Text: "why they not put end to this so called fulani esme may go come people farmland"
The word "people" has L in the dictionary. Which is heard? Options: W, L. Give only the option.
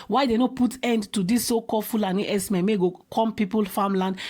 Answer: L